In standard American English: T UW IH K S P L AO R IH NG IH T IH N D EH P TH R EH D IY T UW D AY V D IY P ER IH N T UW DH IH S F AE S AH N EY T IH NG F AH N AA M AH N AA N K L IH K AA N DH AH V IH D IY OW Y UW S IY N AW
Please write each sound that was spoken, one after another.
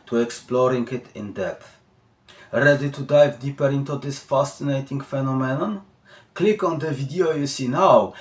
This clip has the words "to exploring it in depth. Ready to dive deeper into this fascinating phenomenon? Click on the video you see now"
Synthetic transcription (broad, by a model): T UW IH K S P L AO R IH NG IH T IH N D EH TH R EH D IY T UW D AY V D IY P ER IH N T UW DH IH S F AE S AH N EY T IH NG F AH N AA M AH N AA N K L IH K AA N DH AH V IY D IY OW Y UW S IY N AW